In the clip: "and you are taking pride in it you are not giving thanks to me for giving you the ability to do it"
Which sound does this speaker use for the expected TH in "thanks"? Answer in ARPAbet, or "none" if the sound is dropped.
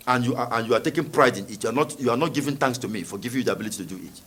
T